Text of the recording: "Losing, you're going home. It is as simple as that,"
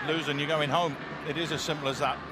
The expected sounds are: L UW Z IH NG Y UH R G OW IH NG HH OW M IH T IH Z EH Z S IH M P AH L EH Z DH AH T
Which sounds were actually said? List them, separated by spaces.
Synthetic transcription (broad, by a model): L UW Z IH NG Y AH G OW IH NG HH OW M IH T IH Z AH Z S IH M P L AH Z DH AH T